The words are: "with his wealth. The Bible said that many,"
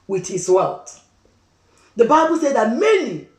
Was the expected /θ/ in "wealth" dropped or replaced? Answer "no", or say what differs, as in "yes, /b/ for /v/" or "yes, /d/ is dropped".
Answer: yes, /t/ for /θ/